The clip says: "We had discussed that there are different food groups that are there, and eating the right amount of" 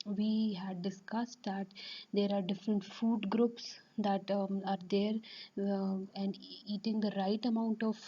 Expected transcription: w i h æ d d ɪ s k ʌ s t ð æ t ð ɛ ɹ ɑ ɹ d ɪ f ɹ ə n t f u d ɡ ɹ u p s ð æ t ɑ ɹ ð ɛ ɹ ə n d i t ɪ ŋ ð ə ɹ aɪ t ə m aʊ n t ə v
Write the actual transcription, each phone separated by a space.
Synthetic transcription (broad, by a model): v i h æ d d ɪ s k ʌ s t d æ t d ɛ ɹ ɑ ɹ d ɪ f ɹ ə n t f u d ɡ ɹ u p s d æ t ɑ ɹ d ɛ ɹ ə n d i t ɪ ŋ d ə ɹ aɪ t ə m aʊ n t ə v